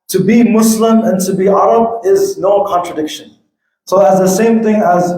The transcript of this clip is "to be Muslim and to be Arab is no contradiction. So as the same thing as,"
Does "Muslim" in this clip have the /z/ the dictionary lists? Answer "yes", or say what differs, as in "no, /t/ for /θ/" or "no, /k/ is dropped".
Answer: no, /s/ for /z/